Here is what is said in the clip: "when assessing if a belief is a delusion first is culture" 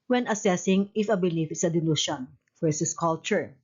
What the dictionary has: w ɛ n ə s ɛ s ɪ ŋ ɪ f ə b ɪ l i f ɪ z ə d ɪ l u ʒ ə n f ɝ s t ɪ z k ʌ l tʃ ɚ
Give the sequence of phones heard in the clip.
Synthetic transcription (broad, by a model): w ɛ n ə s ɛ s ɪ ŋ ɪ f ə b ɪ l i f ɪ s ə d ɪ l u ʃ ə n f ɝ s ɪ s k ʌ l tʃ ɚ